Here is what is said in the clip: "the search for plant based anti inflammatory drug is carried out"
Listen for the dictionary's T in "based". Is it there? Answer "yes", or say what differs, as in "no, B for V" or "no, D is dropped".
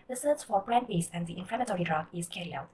no, T is dropped